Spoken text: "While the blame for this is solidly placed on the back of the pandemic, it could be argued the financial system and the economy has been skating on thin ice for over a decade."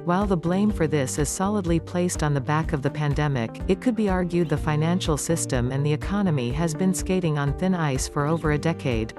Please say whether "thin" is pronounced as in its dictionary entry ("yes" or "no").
yes